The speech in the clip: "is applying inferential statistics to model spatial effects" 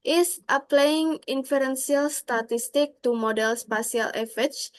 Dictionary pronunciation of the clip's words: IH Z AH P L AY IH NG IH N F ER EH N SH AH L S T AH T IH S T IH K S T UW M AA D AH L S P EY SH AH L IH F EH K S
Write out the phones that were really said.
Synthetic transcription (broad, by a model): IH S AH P L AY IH NG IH N F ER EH N S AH L S T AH T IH S T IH K T UW M AA D AH L S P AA S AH L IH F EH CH